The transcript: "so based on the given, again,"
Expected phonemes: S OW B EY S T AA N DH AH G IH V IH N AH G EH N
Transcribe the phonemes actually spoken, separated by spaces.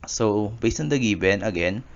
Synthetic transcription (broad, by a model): S OW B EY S AH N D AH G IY B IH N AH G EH N